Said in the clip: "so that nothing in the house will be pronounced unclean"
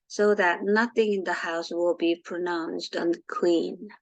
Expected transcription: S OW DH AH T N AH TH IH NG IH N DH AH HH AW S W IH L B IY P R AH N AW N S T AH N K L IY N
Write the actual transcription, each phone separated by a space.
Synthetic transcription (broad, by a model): S OW DH AH T N AH TH IH NG IH N DH AH HH AW S W IH L B IY P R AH N AW N S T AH K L IY N